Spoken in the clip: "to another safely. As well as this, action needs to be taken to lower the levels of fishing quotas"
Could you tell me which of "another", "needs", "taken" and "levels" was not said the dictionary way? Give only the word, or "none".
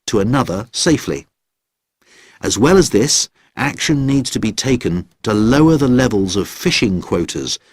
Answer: none